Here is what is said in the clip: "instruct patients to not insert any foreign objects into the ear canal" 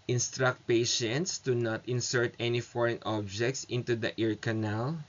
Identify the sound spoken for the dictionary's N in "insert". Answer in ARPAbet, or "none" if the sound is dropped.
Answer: N